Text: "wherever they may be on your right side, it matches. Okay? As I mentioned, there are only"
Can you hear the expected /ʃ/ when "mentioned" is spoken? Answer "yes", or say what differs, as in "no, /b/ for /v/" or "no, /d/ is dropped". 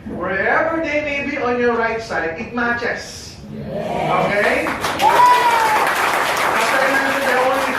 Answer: no, /ʃ/ is dropped